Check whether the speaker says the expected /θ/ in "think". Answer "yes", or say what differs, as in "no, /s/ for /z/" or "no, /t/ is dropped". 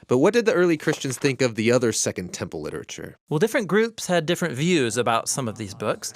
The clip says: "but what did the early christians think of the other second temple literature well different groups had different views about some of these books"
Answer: yes